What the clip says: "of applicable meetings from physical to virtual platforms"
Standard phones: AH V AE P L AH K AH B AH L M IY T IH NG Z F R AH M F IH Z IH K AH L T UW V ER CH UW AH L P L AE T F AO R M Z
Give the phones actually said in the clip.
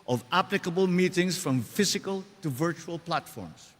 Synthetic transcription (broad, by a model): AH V AE P L AH K AH B AH L M IY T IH NG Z F R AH M F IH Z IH K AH L T UW V ER CH UW AH L P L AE T F AO R M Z